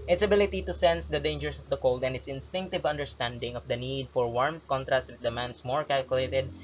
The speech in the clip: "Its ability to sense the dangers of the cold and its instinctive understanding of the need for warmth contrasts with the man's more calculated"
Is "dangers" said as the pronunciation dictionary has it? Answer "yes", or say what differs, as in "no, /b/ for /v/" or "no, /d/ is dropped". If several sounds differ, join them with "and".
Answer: no, /s/ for /z/